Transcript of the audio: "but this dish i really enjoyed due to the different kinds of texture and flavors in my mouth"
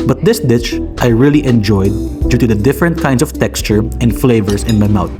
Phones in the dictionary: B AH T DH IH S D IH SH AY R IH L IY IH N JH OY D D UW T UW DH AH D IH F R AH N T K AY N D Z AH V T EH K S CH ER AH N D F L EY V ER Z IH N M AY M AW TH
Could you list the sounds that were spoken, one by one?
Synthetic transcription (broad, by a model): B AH T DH IH S D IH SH AY R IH L IY IH N JH OY D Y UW T UW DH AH D IH F R AH N T K AY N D S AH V T EH K S CH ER AH N D F L EY V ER S IH N M AY M AW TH